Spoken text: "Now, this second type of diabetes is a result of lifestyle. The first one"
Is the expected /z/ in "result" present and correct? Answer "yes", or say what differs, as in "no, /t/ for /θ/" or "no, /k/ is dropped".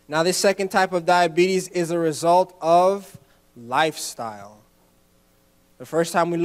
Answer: yes